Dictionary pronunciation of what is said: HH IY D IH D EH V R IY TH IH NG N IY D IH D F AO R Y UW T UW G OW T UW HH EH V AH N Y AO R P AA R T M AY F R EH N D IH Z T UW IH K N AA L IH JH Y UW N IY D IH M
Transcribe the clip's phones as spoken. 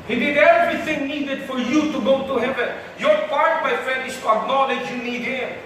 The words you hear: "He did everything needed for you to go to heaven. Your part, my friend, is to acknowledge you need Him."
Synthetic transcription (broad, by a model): HH IY D IH D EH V R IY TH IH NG N IY D IH D F AO R Y UW T UW G OW T UW HH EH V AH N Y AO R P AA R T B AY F EH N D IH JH T UW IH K N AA L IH JH Y UW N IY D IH